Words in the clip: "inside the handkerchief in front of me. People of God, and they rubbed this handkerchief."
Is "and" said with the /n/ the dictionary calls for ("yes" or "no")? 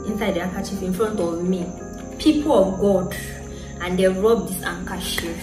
yes